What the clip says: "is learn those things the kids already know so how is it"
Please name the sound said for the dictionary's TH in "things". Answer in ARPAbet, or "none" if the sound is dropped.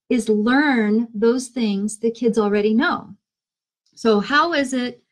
TH